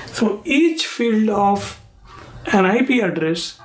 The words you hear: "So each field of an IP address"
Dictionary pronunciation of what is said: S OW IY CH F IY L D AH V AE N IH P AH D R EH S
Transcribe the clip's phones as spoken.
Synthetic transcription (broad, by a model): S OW IY CH F IY L D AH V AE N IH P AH D R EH S